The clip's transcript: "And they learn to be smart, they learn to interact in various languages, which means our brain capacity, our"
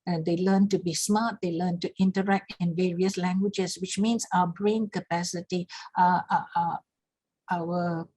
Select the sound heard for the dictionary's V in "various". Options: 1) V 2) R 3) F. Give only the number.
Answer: 1